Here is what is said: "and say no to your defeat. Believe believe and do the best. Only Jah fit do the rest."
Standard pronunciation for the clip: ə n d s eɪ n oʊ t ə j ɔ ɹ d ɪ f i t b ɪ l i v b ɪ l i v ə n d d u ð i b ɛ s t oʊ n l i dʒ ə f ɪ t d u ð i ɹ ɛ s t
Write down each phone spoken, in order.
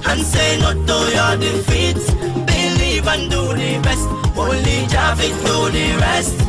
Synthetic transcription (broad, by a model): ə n s eɪ n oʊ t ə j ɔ d ɪ f i t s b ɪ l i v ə n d d u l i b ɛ s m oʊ l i dʒ ə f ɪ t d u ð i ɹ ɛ s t